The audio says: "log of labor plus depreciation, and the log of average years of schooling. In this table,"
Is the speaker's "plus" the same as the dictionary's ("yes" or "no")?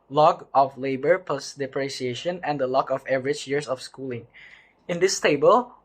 no